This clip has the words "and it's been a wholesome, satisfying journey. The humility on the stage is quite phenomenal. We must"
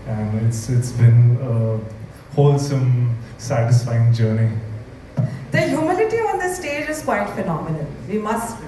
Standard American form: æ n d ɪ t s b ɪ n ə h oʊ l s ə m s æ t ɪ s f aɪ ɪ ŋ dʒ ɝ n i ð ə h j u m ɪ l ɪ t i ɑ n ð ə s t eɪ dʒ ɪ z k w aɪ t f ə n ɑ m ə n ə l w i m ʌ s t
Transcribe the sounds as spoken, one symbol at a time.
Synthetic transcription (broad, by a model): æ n d ɪ t s b ɪ n ə h oʊ l s ə m s æ t ɪ s f aɪ ɪ ŋ dʒ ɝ n i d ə h j u m ɪ l ɪ t i ɑ n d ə s t eɪ dʒ ɪ z k w aɪ t f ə n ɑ m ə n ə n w i m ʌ s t